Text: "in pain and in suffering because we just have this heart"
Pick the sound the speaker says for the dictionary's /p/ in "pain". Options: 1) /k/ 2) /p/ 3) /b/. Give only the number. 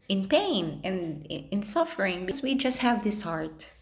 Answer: 2